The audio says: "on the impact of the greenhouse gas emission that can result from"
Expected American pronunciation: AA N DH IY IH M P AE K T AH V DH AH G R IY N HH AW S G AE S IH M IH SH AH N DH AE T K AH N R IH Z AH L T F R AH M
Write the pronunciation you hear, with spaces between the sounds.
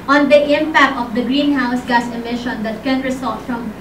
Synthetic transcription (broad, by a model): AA N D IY IH M P AE K T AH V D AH G R IY N HH AW S G AE S IH M IH SH AH N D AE T K AH N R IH S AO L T F R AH M